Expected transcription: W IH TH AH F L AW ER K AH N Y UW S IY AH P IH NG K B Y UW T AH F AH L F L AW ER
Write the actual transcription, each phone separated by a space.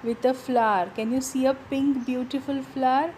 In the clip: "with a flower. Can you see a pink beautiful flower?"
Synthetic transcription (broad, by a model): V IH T AH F L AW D K AH N Y UW S IY AH P IH NG K B Y UW T AH F AH L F L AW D